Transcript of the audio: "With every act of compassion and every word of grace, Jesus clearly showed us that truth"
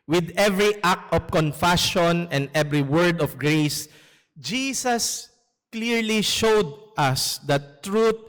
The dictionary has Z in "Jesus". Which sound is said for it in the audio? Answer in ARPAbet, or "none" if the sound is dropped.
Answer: S